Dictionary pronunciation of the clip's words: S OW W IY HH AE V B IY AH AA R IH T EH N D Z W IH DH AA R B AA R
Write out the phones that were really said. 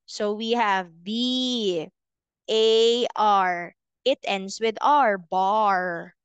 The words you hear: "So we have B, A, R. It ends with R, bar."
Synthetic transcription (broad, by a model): S OW W IY HH AE V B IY AH AA R IH T EH N D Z W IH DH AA R B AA R